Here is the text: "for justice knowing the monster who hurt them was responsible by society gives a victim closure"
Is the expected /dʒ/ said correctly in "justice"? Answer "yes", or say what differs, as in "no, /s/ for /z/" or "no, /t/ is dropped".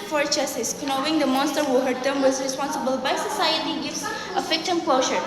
no, /tʃ/ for /dʒ/